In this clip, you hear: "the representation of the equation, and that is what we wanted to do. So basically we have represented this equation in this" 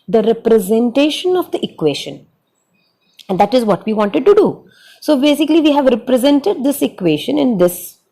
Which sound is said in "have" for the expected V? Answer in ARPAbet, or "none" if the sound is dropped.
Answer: V